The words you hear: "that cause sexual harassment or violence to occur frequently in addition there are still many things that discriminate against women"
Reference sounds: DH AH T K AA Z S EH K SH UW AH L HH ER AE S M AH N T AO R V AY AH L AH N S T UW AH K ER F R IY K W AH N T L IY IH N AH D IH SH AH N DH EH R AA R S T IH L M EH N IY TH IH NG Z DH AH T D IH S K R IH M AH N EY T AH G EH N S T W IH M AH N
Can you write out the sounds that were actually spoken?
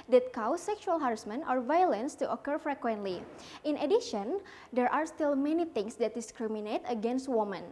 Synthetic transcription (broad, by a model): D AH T K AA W S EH K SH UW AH L HH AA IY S M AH N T AO R V AY AH L AH N S T UW AH K ER F R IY K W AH N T L IY IH N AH D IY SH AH N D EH R AA R S T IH L M EH N IY T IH NG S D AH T D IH S K R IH M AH N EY T AH G EH N S T W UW M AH N